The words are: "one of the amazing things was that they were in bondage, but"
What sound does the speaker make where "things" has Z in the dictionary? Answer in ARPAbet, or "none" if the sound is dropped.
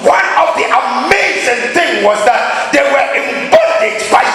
none